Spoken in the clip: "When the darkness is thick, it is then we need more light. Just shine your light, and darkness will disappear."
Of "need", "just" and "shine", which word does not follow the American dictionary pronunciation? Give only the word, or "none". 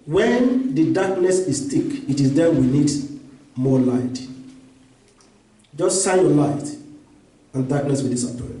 shine